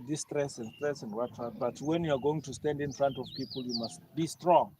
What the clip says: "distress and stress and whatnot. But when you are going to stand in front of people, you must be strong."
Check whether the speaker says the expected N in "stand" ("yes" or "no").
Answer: yes